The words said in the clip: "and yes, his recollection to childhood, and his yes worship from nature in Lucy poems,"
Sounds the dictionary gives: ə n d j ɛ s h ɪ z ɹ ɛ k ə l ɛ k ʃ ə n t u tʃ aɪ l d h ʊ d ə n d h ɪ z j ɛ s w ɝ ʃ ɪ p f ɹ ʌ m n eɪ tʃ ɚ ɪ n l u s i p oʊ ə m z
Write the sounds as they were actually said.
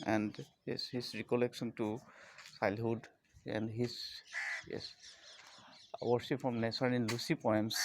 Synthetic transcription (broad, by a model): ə n d j ɛ s h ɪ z ɹ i k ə l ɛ k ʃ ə n t u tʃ aɪ l h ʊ d ə n d h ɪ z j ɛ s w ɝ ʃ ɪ p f ɹ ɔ m n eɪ s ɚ ɪ n l u s i p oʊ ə m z